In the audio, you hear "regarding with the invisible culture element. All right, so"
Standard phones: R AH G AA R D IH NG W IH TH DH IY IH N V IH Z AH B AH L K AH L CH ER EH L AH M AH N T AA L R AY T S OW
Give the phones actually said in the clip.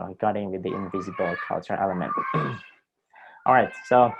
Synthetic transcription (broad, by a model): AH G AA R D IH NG W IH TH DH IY IH N V IH Z AH B AH L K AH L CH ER EH L AH M AH N T AA L R AY T S OW